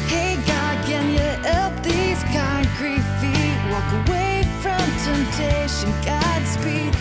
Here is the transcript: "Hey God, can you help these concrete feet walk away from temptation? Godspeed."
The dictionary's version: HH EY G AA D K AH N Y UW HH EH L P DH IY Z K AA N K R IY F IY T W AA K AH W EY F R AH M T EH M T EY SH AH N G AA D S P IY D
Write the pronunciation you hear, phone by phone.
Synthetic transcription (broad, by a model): HH EY G AA D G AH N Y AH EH P DH IY Z K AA N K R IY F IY W AA K AH W EY F R AH M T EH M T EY SH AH N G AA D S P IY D